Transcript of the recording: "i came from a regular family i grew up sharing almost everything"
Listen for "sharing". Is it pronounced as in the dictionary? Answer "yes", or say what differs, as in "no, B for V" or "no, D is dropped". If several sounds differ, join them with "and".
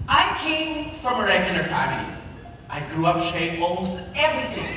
no, R is dropped